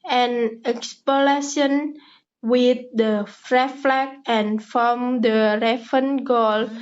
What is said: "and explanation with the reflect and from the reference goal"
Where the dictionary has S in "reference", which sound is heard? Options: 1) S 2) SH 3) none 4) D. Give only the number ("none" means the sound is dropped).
3